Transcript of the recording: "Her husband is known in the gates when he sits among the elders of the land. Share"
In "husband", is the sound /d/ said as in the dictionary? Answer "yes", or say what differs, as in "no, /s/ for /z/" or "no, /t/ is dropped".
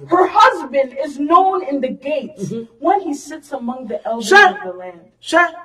yes